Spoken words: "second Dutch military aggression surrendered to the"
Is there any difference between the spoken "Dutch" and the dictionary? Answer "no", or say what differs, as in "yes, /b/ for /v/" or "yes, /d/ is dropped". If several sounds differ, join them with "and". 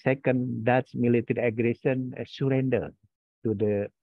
yes, /s/ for /tʃ/